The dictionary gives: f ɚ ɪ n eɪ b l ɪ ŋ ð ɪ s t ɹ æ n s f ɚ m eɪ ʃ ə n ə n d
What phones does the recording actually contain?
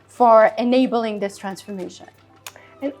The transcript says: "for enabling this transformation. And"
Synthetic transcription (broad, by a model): f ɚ ɪ n eɪ b l ɪ ŋ ð ɪ s t ɹ æ n s f ɚ m eɪ ʃ ə n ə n